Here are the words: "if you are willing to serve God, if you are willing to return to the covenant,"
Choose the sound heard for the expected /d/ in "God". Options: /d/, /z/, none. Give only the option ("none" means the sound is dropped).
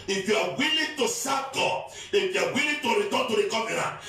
none